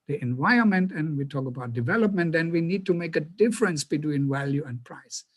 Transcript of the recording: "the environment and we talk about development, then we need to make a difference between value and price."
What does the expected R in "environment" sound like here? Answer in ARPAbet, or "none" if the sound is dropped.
none